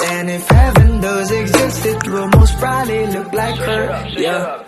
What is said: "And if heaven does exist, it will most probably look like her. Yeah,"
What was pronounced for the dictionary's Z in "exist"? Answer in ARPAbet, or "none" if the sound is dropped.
Z